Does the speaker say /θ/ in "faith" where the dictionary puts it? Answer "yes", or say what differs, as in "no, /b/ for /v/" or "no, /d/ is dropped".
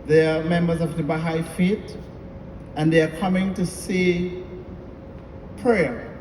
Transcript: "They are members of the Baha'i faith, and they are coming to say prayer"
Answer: no, /t/ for /θ/